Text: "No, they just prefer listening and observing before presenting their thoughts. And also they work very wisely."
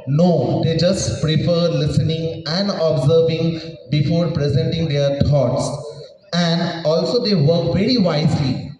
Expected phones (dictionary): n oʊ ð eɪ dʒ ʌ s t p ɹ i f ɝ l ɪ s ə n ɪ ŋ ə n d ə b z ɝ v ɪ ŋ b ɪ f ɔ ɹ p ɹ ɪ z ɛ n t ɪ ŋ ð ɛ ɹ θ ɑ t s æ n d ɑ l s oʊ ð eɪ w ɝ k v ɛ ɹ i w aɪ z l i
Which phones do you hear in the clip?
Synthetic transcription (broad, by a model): n oʊ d eɪ dʒ ʌ s t p ɹ i f ɝ l ɪ s ə n ɪ ŋ ə n d ə b z ɝ v ɪ ŋ b ɪ f ɔ ɹ p ɹ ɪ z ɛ n t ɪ ŋ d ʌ ɹ t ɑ t s æ n d ɑ l s oʊ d eɪ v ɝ k v ɛ ɹ i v aɪ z l i